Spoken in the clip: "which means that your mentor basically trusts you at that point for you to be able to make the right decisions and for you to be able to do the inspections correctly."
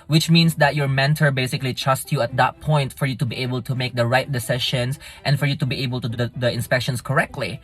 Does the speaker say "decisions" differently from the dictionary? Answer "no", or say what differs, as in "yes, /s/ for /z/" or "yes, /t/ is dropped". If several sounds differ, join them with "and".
yes, /ʃ/ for /ʒ/